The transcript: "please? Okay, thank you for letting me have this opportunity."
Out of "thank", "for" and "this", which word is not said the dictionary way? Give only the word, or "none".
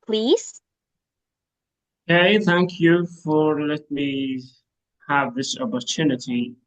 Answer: none